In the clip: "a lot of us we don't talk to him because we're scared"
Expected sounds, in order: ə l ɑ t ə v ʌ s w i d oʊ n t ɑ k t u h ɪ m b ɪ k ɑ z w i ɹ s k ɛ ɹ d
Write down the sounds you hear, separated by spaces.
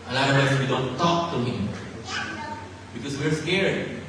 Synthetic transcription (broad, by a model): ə n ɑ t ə w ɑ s w i d oʊ n t ɑ k t u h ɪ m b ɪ k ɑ s w i ɹ s k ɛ ɹ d